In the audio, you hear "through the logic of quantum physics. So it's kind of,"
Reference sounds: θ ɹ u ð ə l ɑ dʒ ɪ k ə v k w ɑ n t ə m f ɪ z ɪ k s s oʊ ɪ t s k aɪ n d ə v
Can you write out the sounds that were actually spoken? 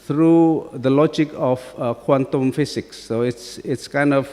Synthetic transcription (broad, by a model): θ ɹ u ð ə l ɑ dʒ ɪ k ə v k w ɑ n t ə m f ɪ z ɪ k s s ɪ t s k aɪ n d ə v